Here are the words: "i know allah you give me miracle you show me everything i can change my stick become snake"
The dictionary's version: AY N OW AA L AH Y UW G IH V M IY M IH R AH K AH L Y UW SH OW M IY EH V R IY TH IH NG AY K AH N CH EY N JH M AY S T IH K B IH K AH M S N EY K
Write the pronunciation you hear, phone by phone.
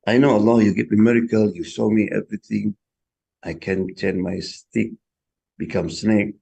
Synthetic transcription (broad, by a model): AY N OW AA L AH Y UW G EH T M IY M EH R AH K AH L Y UW S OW M IY EH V R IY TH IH NG AY K AH N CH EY N M AY S T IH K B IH K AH M S N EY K